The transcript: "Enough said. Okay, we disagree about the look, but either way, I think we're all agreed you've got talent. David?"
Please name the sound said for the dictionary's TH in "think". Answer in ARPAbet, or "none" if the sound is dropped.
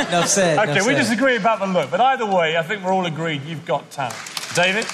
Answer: TH